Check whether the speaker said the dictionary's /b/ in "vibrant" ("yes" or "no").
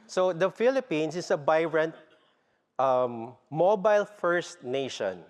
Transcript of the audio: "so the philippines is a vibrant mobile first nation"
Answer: no